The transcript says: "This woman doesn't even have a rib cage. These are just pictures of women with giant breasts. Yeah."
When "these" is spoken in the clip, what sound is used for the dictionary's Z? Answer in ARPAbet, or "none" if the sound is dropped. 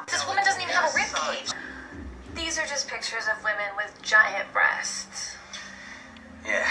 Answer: Z